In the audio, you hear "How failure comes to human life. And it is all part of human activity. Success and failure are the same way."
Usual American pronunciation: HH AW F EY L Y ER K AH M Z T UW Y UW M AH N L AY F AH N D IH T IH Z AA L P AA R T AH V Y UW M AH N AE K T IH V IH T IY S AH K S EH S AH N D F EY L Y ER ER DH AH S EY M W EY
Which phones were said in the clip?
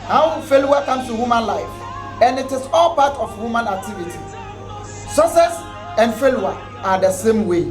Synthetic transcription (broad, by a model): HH AW F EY L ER K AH M S T UW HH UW M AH N L AY F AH N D IH T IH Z AA L P AA T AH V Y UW M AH N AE K T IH V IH T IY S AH S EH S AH N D F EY L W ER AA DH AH S EY M W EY